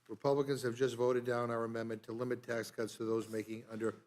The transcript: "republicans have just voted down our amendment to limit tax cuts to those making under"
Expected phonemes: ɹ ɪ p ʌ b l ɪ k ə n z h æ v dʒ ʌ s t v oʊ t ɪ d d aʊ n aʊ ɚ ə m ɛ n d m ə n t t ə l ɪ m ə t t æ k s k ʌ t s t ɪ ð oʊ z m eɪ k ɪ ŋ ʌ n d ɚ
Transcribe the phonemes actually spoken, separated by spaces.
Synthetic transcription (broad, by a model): ɹ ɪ p ʌ b l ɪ k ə n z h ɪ v dʒ ʌ s t v oʊ t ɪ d d aʊ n aʊ ɚ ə m ɛ n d m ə n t t ə l ɪ m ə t t æ k s k ʌ t s t ɪ ð oʊ z m eɪ k ɪ ŋ ʌ n d ɚ